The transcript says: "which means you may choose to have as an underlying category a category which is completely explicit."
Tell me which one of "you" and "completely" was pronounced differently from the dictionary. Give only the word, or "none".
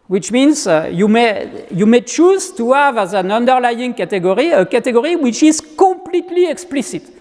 completely